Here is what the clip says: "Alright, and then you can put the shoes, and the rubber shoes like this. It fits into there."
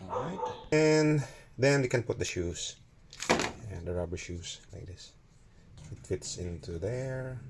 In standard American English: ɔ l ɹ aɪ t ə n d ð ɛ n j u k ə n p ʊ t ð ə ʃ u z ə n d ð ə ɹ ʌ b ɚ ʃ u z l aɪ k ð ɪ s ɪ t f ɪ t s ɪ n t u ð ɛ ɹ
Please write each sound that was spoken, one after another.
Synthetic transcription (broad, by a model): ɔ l ɹ aɪ t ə n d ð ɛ n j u k ə n p ʊ t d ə ʃ u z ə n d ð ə ɹ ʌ b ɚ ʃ u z l aɪ k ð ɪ s ɪ t f ɪ t s ɪ n t u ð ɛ ɹ